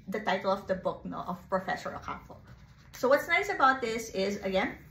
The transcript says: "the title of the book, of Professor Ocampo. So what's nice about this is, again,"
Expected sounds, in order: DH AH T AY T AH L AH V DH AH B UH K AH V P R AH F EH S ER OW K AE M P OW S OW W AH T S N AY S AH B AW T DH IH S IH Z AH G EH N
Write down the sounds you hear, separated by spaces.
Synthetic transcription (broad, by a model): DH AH T AY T L AH V DH AH B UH K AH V P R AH F EH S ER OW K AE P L S OW W AH T S N AY S AH B AW T DH IH S IH Z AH G EH N